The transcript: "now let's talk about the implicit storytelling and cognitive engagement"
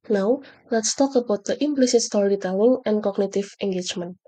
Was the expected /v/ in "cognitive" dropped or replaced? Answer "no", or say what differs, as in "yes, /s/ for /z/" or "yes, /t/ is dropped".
yes, /f/ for /v/